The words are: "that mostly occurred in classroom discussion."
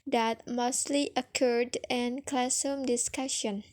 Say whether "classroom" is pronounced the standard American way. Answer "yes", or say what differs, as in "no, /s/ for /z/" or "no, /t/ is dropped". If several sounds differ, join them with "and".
no, /ɹ/ is dropped